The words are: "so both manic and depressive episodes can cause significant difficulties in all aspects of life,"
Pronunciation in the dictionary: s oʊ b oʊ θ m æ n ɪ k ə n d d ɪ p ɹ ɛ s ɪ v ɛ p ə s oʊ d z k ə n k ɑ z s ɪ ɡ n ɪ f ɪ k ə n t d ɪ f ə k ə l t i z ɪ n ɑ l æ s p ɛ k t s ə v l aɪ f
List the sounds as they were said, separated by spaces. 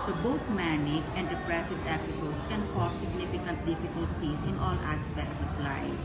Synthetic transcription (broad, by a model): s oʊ b oʊ t m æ n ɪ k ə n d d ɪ p ɹ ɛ s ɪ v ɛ p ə s oʊ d s k ə n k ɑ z s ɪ ɡ n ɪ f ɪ k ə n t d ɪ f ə k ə l t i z ɪ n ɑ l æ s p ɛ k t s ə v l aɪ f